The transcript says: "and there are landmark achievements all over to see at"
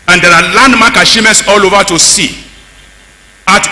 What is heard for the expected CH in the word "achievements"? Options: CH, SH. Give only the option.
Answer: SH